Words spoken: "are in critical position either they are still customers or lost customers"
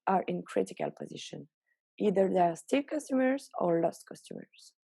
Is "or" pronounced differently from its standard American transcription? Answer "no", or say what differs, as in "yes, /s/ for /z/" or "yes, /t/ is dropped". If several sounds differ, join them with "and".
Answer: no